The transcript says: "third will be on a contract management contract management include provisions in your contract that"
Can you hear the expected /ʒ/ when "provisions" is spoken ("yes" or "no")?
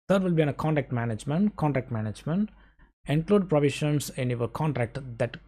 no